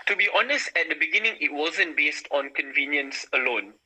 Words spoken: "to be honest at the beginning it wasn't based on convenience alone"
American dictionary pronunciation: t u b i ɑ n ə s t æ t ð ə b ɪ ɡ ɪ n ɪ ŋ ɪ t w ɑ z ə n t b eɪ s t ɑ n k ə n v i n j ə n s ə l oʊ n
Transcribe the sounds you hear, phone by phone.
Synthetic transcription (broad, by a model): t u b i ɑ n ə s t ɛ t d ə b ɪ ɡ ɪ n ɪ ŋ ɪ t w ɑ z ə n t b eɪ s t ɑ n k ə n v i n j ə n s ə l oʊ n